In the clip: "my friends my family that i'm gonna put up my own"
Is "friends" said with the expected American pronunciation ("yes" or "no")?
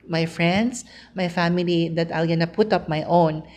no